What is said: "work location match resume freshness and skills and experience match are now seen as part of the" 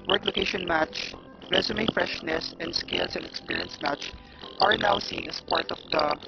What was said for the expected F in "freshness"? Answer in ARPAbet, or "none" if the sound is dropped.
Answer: F